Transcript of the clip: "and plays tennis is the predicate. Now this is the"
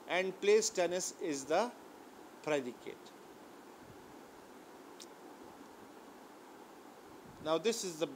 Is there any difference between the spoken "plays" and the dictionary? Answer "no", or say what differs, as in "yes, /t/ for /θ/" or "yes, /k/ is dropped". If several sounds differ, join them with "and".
yes, /s/ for /z/